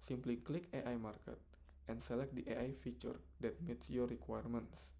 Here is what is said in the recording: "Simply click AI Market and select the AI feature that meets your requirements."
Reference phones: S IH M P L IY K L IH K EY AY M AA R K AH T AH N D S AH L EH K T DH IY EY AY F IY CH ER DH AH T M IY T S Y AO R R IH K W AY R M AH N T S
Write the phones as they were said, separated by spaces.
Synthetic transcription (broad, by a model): S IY M P L IY K L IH K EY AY M AA R K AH T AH N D S AH L EH K T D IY EY AY F IY CH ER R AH T M IY T S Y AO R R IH K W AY R M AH N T S